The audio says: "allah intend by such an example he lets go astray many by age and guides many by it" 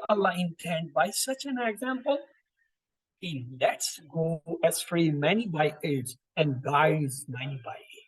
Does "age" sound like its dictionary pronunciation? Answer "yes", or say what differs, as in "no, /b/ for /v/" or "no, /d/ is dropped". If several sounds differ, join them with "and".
no, /z/ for /dʒ/